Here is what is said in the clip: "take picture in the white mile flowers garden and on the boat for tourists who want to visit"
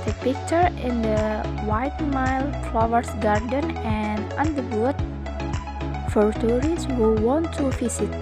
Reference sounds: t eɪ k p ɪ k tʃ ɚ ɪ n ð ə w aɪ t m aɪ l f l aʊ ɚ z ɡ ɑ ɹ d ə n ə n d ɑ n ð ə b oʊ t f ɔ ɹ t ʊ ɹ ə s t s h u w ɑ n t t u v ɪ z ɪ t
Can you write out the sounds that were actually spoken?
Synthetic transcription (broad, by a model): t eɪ p ɪ k tʃ ɚ ɪ n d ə w aɪ t m aɪ l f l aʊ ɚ s ɡ ɑ ɹ d ə n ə n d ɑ n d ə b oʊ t f ɔ ɹ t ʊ ɹ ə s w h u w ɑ n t t u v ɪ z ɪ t